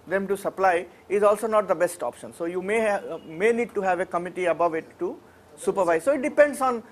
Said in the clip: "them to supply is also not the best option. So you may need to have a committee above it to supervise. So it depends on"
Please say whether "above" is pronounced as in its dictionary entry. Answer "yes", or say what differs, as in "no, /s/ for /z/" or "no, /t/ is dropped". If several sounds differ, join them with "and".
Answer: yes